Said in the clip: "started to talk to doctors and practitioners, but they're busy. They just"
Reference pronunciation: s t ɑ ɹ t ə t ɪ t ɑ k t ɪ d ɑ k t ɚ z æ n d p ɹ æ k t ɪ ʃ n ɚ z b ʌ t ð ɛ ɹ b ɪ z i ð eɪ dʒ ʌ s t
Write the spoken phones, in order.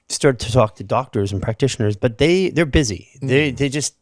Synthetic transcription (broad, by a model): s t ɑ ɹ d t ɪ t ɑ k t ɪ d ɑ k t ɚ z n p ɹ æ k t ɪ ʃ n ɚ z b ʌ t ð ɛ ɹ b ɪ z i ð eɪ dʒ ʌ s t